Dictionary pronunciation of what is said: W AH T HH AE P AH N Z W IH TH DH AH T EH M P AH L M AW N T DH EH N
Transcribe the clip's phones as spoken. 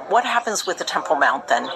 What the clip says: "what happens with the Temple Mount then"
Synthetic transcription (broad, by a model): W AH T HH AE P AH N Z W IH DH AH T EH M P L M AW N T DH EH N